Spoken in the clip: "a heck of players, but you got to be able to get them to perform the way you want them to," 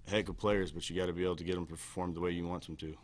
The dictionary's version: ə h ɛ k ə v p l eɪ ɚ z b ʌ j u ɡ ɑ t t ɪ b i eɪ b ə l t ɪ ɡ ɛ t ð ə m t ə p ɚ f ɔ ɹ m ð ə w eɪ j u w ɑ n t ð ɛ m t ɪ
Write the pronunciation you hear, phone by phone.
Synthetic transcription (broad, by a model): h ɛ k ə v p l eɪ ɚ z b ʌ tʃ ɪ ɡ ɑ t t ɪ b i eɪ b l t ɪ ɡ ɛ t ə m p ɚ f ɔ ɹ m ð ə w eɪ j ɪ w ɑ n t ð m t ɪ